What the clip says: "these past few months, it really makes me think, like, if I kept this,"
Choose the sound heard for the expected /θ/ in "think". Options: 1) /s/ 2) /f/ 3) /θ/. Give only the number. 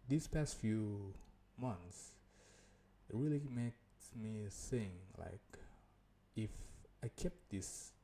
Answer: 1